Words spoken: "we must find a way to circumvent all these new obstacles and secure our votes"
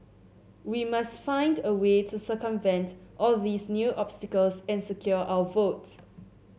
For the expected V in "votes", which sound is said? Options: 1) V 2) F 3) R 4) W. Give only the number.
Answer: 1